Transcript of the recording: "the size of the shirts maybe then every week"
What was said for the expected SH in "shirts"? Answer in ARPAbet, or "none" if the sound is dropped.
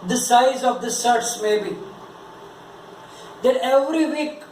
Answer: S